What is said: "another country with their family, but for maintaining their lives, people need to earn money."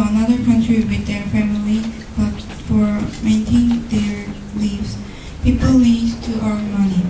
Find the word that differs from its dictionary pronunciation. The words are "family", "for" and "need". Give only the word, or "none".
need